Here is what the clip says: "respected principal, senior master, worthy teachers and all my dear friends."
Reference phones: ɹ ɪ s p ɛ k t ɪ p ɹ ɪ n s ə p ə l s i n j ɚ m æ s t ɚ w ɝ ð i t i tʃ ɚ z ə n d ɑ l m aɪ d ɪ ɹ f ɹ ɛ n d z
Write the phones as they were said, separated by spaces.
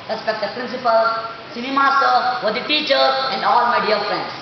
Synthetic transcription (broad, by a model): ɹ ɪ s p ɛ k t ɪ p ɹ ɪ n s ə p ə l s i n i m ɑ s t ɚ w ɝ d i t i tʃ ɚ ə n d ɑ l m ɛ d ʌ l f ɹ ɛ n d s